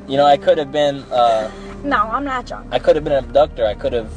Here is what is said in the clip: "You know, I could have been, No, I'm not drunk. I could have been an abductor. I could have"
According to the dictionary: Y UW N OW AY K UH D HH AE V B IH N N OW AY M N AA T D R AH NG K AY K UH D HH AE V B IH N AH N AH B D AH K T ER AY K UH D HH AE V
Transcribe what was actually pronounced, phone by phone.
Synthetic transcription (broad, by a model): Y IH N OW AY K UH D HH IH V B IH N N OW AY M N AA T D AH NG AY K UH D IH V B IH N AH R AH D AH K T ER AY K UH D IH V